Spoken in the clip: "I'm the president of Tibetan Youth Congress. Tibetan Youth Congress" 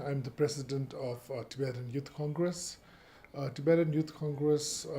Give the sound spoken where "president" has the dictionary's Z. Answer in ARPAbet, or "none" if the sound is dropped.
S